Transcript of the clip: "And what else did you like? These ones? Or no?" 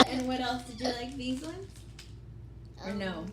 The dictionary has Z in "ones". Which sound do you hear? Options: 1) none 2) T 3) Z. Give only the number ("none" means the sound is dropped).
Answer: 1